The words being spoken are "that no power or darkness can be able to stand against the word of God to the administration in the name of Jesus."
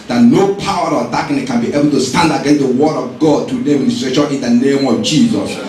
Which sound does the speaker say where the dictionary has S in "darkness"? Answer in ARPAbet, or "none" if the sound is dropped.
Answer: none